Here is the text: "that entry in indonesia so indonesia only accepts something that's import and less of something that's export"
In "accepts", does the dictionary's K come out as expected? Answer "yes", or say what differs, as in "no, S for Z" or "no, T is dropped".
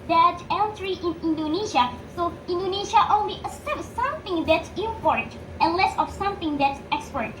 no, K is dropped